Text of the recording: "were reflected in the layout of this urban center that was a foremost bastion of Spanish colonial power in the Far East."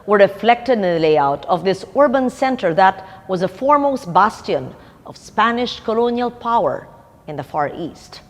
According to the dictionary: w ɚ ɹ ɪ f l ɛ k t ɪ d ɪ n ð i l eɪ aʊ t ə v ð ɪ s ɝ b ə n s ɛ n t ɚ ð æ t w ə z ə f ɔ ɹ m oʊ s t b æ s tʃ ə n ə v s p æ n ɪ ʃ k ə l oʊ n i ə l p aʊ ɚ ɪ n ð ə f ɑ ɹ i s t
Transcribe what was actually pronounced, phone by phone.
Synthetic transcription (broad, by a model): w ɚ ɹ ɪ f l ɛ k t ɪ d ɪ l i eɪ aʊ t ə v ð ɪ s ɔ b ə n s ɛ n t ɚ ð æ t w ə z ə f ɔ ɹ m oʊ s t b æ s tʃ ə n ə v s p æ n ɪ ʃ k ə l oʊ n i ə l p aʊ ɚ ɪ n ð ə f ɑ ɹ i s t